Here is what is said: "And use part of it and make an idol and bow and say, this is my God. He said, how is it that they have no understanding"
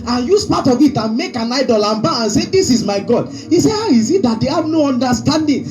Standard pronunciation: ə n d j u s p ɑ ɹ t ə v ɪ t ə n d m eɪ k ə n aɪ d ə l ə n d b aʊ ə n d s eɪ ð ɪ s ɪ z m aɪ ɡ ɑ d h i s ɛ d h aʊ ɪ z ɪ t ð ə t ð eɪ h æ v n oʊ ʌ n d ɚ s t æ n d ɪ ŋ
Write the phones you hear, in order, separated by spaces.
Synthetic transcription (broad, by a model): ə n j u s p ɑ t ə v ɪ t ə n m eɪ k ə n aɪ d ə l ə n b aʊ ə n s eɪ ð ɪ s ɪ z m aɪ ɡ ɑ d h i s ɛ h aʊ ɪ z ɪ t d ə t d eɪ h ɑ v n oʊ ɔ n d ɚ s t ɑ n d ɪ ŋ